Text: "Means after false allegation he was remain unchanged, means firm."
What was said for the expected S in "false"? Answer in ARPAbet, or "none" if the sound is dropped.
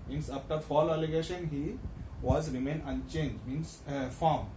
none